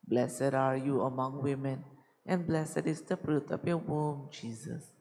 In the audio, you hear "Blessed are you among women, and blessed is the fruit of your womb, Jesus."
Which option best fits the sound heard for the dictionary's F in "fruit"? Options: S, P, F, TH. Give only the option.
P